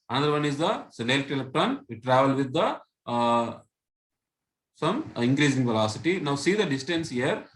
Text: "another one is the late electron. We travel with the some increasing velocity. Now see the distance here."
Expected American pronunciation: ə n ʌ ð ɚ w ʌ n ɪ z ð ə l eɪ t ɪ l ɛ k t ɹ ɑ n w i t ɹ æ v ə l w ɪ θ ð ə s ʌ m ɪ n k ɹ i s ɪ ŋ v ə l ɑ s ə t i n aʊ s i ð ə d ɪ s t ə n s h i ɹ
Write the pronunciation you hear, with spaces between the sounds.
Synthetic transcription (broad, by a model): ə n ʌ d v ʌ n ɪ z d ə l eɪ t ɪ l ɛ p t ɑ n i t ɹ æ v ə l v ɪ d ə s ʌ m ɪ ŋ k ɹ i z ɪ ŋ v ə l ɑ s ə t i n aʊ s i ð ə d ɪ s t ə n s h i ɹ